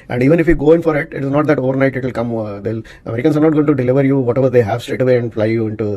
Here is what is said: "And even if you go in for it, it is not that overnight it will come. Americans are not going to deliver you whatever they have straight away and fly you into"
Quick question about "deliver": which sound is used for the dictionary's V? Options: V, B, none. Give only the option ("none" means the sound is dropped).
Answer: V